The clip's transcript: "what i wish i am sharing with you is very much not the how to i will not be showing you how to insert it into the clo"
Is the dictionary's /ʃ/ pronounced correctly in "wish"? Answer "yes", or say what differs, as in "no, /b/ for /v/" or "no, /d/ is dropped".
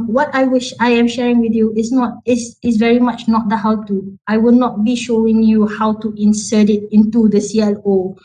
yes